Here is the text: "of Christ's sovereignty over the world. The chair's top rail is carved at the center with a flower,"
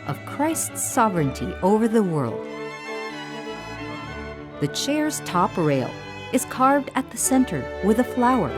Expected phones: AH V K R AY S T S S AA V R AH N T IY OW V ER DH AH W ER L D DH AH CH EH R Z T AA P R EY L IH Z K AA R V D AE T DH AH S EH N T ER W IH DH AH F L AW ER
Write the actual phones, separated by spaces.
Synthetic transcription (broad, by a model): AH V K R AY S T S S AA V R AH N T IY OW V ER DH AH W ER L D DH AH CH EH R Z T AA P R EY L IH Z K AA R V D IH T DH AH S EH N T ER W IH DH AH F L AW ER